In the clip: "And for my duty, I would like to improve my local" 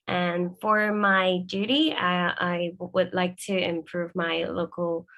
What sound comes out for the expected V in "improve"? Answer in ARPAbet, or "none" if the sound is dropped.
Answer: V